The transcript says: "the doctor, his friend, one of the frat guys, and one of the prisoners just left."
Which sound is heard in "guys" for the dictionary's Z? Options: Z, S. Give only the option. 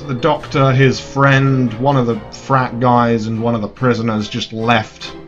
Z